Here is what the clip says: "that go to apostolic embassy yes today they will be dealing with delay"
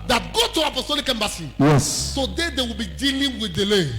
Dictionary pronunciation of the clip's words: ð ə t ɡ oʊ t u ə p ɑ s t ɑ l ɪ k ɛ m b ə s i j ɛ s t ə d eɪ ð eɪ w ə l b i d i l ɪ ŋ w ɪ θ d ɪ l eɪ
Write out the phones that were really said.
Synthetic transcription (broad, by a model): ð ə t ɡ oʊ t u ə p ɑ s t ɑ l ɪ k ɛ m b ə s i j ɛ s s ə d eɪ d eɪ w ə l b i d i l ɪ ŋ w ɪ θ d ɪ l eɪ